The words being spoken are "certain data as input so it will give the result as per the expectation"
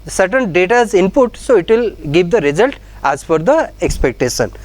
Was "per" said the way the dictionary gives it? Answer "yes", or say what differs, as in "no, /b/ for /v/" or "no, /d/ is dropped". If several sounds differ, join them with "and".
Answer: no, /f/ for /p/